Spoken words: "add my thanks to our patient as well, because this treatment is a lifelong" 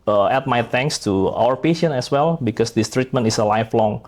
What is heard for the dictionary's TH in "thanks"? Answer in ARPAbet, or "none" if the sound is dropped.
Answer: T